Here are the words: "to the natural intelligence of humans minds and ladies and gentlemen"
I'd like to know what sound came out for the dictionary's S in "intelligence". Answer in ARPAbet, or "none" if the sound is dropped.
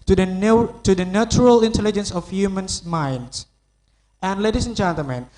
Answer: S